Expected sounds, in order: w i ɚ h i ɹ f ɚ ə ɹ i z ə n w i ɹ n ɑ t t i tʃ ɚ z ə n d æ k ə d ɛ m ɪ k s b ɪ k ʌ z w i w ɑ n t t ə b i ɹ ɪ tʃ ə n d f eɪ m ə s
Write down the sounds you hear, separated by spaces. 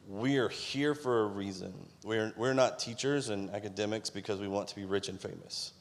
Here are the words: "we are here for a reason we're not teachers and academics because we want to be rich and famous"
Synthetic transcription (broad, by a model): w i ɚ h i ɹ f ɚ ə ɹ i z ə n w i ɹ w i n t i tʃ ɚ z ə n æ k ə d ɛ m ɪ k s b ɪ k ʌ z w i w ɑ n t t ə b i ɹ ɪ tʃ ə n f eɪ m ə s